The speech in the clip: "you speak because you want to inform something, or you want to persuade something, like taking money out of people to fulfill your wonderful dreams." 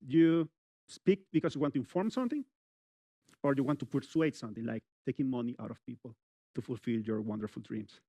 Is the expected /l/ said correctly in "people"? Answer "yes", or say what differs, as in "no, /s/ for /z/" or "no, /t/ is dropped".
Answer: yes